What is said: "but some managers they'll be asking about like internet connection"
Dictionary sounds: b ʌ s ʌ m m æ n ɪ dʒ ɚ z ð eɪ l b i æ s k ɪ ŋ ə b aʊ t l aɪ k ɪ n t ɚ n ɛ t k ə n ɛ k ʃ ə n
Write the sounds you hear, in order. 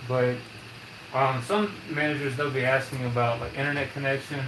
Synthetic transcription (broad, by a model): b ʌ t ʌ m m æ n ɪ dʒ ɚ z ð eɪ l b i æ s k ɪ ŋ ə b aʊ t l aɪ k ɪ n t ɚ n ɛ t k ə n ɛ k ʃ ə n